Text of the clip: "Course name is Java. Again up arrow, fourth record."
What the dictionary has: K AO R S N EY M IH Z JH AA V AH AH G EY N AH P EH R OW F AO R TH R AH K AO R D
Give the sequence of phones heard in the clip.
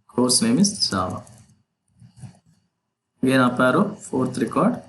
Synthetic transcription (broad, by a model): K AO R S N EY M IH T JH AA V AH AH G EY N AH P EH R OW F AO R T R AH K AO R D